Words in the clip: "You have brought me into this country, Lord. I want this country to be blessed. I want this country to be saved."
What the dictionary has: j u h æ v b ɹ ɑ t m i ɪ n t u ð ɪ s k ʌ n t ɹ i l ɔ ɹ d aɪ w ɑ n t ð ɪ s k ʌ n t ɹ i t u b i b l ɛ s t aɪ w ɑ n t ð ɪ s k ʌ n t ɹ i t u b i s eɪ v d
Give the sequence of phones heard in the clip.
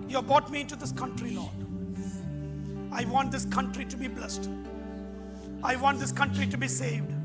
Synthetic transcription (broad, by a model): j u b ɑ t m i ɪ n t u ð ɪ s k ʌ n t ɹ i l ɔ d aɪ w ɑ n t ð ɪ s k ʌ n t ɹ i t u b i b l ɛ s t aɪ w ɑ n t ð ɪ s k ʌ n t ɹ i t u b i s eɪ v d